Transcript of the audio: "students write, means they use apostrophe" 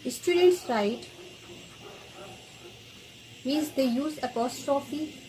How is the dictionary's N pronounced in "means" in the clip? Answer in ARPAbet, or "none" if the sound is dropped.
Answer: none